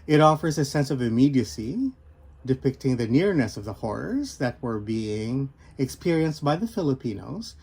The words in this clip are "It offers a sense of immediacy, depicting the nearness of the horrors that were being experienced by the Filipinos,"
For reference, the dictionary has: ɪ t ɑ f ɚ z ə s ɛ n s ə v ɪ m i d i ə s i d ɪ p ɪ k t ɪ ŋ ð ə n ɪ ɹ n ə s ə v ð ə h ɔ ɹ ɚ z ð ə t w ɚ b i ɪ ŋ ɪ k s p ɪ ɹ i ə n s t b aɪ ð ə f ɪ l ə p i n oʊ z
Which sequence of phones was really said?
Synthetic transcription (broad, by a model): ɪ t ɑ f ɚ z ə s ɛ n s ə v ɪ m i d i ə s i d ɪ p ɪ k t ɪ ŋ ð ə n ɪ ɹ n ə s ə v ð ə h ɔ ɹ ɚ z ð ə t w ɚ b i ɪ ŋ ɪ k s p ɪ ɹ i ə n s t b aɪ ð ə f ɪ l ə p i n oʊ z